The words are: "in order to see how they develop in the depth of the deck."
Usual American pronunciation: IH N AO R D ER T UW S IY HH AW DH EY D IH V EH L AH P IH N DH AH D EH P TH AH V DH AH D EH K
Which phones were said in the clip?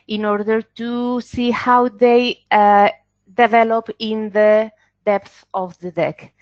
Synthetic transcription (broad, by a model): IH N AO R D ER T UW S IY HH AW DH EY D IH V EH L AH P IH N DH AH D EH P TH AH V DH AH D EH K